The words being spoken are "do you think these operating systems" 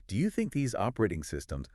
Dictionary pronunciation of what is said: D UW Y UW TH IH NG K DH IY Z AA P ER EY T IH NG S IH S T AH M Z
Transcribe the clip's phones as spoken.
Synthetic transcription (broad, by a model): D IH Y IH TH IH NG K DH IY Z AA P ER EY T IH NG S IH S T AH M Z